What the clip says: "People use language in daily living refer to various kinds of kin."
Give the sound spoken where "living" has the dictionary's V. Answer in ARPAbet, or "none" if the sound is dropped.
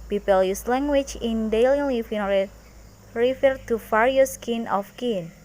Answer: F